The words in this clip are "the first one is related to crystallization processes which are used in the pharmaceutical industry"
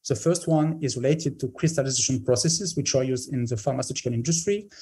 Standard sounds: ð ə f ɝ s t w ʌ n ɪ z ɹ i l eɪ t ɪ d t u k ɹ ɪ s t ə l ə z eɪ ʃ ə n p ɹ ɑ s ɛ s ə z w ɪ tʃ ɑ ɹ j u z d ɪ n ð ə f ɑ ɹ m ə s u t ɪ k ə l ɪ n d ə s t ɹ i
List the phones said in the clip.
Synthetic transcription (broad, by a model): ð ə f ɝ s t w ʌ n ɪ z ɹ i l eɪ t ɪ d t u k ɹ ɪ s t ə l ə z eɪ ʃ ə n p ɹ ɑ s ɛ s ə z w ɪ tʃ ɑ ɹ j u z d ɪ n ð ə f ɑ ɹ m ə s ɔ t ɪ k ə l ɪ n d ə s t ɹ i